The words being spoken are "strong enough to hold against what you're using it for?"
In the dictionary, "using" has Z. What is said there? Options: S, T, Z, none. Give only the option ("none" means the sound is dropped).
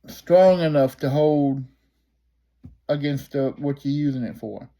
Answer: Z